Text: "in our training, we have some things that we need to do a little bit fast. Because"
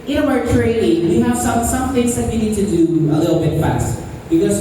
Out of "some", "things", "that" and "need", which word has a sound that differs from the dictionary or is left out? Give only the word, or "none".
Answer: none